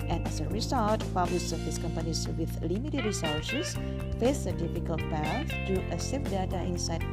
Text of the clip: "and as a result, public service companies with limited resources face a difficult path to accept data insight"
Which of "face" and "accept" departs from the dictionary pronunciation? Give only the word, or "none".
accept